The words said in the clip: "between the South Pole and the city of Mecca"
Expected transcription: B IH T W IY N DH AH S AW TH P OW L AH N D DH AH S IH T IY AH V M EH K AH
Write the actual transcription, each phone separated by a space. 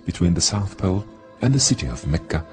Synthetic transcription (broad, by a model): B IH T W IY N DH AH S AW TH P OW L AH N DH AH S IH T IY AH V M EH K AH